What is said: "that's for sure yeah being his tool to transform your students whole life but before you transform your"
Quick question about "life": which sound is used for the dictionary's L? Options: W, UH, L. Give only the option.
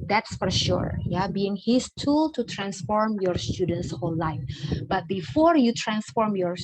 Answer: L